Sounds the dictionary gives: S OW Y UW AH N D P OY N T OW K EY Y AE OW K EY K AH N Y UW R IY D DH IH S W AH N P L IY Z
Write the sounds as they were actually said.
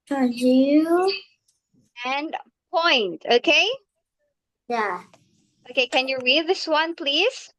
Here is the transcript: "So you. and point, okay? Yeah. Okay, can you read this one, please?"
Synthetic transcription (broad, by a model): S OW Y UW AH N P OY N T OW K EY Y AE OW K EY K AH N Y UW R IY D DH IH S W AH N P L IY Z